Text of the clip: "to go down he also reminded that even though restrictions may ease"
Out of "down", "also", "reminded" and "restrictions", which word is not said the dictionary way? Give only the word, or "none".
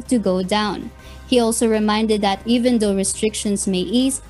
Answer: restrictions